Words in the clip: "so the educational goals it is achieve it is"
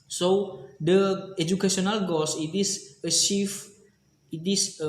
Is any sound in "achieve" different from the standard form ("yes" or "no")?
yes